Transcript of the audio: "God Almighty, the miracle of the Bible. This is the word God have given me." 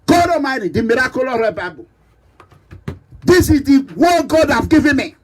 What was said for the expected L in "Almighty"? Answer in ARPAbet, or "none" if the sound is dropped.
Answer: none